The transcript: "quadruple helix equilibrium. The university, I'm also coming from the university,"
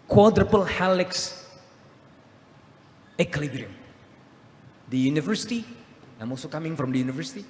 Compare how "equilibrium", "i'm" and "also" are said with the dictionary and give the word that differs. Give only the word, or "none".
equilibrium